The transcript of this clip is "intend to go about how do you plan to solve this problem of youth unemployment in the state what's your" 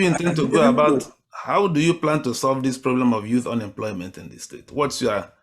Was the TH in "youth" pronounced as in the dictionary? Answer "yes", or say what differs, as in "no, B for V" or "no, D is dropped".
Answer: yes